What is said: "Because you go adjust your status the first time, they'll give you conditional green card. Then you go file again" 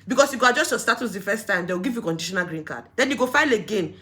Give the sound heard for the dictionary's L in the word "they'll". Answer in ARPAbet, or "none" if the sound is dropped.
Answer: W